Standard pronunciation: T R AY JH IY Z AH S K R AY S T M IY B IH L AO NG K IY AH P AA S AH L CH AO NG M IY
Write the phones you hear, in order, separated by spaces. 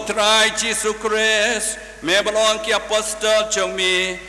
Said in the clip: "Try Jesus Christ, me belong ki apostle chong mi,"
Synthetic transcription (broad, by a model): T R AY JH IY S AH K R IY S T M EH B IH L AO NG K IY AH P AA S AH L CH AO NG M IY